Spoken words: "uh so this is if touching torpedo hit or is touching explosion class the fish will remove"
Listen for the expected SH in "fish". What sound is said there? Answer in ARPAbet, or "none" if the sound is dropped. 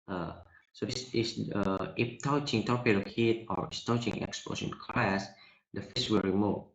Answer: S